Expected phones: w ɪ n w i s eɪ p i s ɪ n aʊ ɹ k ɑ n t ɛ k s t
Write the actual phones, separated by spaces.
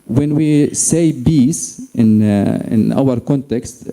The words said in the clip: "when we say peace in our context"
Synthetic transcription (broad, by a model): w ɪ n w i s eɪ b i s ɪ n aʊ ɹ k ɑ n t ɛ k s t